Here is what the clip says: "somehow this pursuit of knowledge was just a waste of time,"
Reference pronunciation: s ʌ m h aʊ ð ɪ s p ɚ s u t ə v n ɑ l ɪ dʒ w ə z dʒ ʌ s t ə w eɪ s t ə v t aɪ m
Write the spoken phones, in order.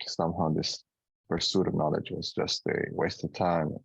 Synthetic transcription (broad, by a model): s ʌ m h aʊ ð ɪ s p ɚ s u t ə v n ɑ l ɪ dʒ w ə z dʒ ʌ s t ə w eɪ s t ə v t aɪ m